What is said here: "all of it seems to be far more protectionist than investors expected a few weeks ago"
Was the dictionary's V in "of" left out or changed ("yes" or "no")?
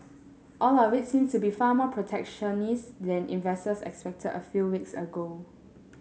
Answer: yes